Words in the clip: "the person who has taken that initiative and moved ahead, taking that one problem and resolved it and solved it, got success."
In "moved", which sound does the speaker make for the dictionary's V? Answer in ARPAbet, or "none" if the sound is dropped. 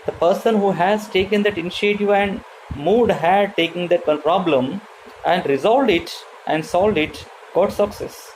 none